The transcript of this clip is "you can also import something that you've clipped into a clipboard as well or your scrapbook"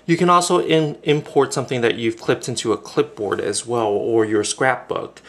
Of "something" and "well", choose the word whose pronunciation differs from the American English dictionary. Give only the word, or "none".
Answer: none